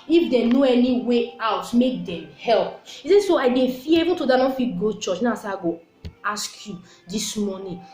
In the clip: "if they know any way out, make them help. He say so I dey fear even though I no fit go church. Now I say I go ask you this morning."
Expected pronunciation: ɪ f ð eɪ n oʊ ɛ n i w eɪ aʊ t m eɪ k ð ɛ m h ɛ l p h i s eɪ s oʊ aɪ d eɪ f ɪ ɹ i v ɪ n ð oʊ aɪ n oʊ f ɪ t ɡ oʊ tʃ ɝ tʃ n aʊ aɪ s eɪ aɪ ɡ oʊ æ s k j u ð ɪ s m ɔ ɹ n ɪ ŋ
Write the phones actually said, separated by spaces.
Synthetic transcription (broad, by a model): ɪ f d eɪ n oʊ ɛ n i w eɪ aʊ t m eɪ k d ɛ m h ɛ l p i s eɪ s oʊ aɪ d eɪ f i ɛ i v ɪ n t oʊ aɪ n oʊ f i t ɡ oʊ tʃ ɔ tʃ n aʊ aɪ s eɪ aɪ ɡ oʊ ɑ s k j u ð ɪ s m ɔ n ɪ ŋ